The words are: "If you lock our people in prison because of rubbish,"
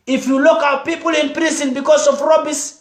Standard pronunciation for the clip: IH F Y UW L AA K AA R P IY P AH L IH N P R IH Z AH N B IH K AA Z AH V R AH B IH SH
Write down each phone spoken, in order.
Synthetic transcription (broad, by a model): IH F Y UW L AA K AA W P IY P AH L IH N P R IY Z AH N B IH K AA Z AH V R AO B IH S